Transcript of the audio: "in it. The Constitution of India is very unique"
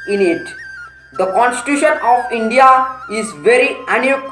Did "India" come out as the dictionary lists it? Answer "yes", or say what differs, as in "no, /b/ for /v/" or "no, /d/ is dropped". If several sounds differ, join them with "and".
yes